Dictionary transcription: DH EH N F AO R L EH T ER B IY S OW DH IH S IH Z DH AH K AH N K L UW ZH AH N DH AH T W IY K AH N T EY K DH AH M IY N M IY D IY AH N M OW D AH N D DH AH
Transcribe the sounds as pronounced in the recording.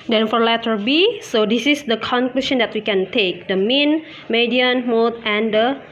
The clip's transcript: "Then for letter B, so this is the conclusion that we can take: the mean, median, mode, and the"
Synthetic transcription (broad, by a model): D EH N F AO R L EH T ER B IY S OW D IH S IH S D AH K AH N K L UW SH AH N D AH T W IY K AH N T EY K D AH M IY N M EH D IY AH N M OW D AH N D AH